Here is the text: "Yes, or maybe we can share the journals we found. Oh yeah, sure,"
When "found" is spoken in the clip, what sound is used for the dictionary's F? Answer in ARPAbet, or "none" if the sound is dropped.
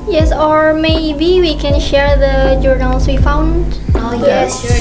F